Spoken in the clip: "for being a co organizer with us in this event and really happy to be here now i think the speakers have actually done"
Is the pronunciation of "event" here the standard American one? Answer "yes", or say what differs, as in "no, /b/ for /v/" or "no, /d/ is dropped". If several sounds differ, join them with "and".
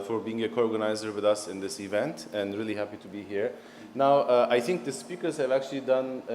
yes